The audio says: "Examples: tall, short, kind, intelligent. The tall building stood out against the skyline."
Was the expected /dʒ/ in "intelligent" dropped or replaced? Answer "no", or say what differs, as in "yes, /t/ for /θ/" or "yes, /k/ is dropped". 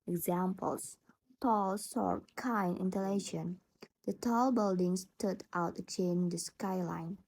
yes, /ʃ/ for /dʒ/